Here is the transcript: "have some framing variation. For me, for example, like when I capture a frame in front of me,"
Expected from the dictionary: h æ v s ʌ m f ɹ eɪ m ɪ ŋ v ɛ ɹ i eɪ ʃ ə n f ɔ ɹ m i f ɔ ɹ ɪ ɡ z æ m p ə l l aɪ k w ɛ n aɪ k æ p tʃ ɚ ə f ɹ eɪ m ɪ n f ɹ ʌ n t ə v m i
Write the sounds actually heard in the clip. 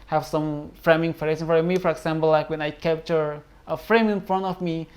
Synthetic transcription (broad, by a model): h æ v s ʌ m f ɹ eɪ m ɪ ŋ f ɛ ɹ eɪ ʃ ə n f ɔ ɹ m i f ɔ ɹ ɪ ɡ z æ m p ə l l aɪ k w ɛ n aɪ k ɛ p tʃ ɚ ə f ɹ eɪ m ɪ n f ɹ ʌ n t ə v m i